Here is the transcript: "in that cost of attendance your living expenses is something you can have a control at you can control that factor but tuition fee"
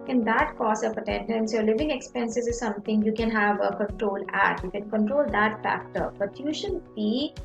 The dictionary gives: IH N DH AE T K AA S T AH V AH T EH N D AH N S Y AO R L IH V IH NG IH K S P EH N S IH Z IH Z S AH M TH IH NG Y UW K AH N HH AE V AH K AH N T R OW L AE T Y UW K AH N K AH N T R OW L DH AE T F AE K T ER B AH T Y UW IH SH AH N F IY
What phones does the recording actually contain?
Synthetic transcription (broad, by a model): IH N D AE T K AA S AH P AH T EH N D AH N S Y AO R L IH V IH NG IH K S P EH N S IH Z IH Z S AH M T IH NG Y UW K AH N HH AE V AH K AH N T R OW L AE T Y UW K AH N K AH N T R OW L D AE T F AE K T ER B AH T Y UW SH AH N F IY